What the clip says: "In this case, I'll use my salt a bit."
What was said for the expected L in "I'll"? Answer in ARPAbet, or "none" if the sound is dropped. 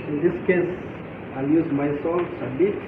L